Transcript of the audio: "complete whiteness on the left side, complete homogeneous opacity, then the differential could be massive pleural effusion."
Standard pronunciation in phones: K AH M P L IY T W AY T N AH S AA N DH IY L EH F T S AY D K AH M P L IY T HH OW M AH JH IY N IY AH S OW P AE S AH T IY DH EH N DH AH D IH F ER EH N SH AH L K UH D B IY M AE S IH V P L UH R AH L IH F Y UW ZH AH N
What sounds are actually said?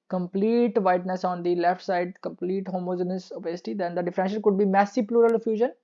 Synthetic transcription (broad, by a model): K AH M P L IY T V AY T N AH S AA N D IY L EH F T S AY D K AH M P L IY T HH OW M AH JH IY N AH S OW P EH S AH T IY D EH N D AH D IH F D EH N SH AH N K UH D B IY M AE S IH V P L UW R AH L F Y UW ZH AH N